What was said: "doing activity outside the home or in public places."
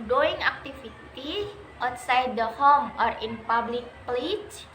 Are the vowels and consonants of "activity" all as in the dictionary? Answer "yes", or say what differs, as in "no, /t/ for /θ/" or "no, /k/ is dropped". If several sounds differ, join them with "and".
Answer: no, /f/ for /v/